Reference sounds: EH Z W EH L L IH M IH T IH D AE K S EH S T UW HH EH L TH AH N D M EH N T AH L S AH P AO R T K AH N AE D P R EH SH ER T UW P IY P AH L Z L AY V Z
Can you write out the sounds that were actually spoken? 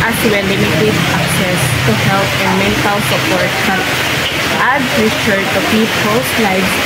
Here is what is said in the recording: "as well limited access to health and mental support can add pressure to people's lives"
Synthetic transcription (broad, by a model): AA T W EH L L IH M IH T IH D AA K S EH S T UW HH EH L T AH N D M EH N T AH L S AH P AO R T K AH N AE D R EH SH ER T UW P IY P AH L S L AY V